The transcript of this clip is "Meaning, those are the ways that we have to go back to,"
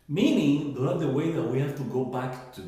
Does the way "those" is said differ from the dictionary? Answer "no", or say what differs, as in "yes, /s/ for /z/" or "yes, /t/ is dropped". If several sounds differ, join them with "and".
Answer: yes, /z/ is dropped